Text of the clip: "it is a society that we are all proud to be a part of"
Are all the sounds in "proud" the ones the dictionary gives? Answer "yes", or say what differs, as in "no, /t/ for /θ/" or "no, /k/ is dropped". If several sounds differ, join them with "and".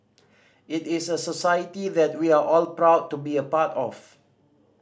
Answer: yes